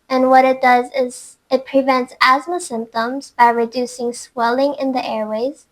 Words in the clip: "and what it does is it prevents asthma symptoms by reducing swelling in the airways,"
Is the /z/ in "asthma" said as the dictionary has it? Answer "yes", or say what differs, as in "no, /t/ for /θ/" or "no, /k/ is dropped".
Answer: yes